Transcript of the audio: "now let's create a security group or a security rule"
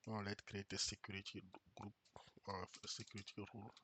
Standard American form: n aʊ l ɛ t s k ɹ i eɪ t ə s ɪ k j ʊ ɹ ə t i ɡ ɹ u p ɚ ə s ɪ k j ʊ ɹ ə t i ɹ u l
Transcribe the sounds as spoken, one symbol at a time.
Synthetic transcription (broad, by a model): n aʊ l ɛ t k ɹ i eɪ t ə s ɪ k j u ɹ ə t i ɡ ɹ u p ə s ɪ k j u ɹ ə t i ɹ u l